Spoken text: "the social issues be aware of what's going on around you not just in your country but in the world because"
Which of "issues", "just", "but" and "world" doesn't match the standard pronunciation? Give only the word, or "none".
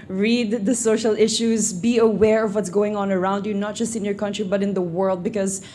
none